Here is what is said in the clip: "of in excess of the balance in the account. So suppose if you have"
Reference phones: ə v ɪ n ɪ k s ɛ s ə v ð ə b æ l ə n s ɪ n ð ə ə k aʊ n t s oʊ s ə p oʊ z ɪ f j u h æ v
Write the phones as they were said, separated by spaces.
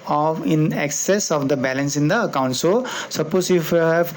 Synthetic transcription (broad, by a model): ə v ɪ n ɪ k s ɛ s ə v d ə b æ l ə n s ɪ n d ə ə k aʊ n t s oʊ s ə p oʊ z ɪ f j u h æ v